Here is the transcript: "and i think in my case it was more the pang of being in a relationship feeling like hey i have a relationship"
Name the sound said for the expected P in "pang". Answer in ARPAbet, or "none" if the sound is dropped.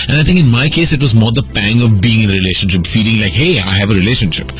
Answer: P